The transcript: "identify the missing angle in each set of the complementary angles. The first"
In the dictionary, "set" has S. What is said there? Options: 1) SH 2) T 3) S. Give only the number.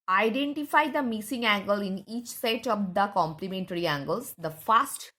3